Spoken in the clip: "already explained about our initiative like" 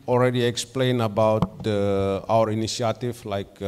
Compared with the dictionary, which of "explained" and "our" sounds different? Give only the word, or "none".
explained